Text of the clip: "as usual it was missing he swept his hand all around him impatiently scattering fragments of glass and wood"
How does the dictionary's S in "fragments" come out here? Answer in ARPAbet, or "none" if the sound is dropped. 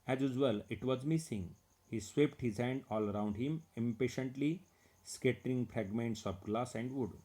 S